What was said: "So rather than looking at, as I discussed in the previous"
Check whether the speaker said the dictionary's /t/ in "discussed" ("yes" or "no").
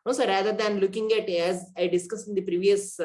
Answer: no